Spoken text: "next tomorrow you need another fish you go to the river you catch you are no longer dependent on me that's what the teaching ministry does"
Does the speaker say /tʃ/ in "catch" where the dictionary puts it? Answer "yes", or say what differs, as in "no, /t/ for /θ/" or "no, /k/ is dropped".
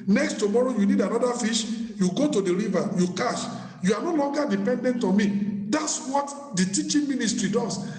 no, /ʃ/ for /tʃ/